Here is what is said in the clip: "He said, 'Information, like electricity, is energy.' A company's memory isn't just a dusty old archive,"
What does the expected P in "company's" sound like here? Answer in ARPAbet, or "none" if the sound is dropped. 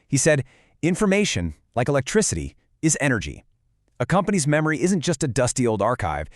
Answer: P